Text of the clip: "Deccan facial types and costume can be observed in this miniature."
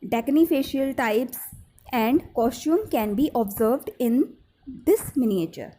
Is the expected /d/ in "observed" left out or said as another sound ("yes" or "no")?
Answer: no